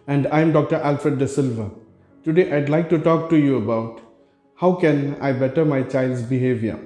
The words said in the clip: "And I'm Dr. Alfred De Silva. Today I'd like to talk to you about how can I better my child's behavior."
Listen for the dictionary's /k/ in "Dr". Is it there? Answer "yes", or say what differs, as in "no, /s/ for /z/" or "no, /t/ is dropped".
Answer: yes